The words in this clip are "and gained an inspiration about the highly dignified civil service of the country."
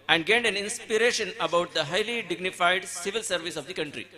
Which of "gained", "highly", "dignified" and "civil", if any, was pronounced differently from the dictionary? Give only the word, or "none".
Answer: none